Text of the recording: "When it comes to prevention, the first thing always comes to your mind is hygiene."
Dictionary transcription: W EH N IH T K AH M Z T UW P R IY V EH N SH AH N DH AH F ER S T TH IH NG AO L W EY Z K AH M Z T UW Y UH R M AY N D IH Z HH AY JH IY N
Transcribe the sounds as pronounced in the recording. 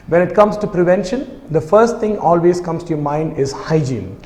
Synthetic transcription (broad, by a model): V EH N IH T K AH M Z T UW P R IY V EH N SH AH N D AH F ER S T T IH NG AO L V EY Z K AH M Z T UW Y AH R M AY N D IH Z HH AY JH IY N